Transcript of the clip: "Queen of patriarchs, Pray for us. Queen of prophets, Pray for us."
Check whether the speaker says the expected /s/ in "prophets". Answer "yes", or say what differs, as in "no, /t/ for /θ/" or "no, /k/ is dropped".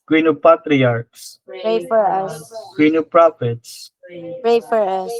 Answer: yes